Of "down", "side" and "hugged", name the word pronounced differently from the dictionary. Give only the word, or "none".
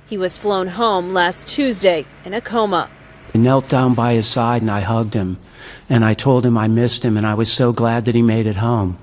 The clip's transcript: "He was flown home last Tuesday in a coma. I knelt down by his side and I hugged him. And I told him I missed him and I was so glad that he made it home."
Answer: none